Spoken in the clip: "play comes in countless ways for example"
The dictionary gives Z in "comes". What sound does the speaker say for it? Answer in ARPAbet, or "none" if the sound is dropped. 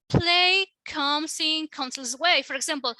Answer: S